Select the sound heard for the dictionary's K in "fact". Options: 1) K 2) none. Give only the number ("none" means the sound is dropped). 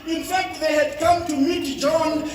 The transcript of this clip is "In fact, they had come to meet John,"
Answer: 1